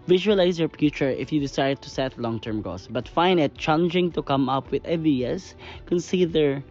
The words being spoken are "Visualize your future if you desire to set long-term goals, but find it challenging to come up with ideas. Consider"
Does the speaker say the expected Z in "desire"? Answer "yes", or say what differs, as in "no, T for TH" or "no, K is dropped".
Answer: no, S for Z